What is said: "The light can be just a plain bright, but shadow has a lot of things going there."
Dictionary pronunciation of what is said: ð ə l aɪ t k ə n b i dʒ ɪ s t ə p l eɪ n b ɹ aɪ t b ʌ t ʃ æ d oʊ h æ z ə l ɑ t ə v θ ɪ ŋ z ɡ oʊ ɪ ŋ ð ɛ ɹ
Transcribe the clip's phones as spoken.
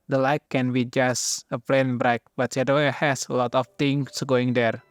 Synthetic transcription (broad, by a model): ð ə l aɪ k ə n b i dʒ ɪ s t ə p l eɪ n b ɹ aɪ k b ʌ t s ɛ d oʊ h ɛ s ə l ɑ t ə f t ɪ ŋ s ɡ oʊ ɪ ŋ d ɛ ɹ